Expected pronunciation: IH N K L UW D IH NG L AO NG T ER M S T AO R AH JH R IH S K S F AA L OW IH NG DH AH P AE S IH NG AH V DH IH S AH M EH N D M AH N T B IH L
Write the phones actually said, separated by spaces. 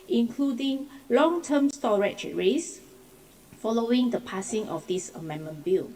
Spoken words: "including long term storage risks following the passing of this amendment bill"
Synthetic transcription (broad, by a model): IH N K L UW D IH NG L AO NG T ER M S T AO R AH CH R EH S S F AA L OW IH NG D AH P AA S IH NG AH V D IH S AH M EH N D M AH N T B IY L